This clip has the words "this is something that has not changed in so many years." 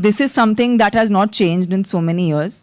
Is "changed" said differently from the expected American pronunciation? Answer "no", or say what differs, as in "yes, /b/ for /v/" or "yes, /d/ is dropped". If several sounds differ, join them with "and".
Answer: no